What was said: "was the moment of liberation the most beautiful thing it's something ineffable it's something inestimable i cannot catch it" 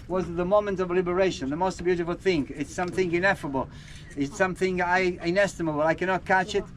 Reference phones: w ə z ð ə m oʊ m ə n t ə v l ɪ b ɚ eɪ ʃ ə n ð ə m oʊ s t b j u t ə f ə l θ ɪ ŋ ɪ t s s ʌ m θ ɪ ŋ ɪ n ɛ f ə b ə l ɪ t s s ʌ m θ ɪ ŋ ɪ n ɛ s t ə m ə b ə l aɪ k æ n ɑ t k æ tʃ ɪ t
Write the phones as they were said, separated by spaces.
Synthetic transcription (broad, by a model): w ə z ð ə m oʊ m ə n t ə v l ɪ b ɚ eɪ ʃ ə n ð ə m oʊ s t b j u t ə f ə l θ ɪ ŋ ɪ t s s ʌ m θ ɪ ŋ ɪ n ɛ f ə b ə l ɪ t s s ʌ m θ ɪ ŋ ɪ n ɛ s t ə m ə b ə l aɪ k æ n ɑ t k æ tʃ ɪ t